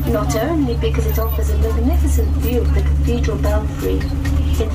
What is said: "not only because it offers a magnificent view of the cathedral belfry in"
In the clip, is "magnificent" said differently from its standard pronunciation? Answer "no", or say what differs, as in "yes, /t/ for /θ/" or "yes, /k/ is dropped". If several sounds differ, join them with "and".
no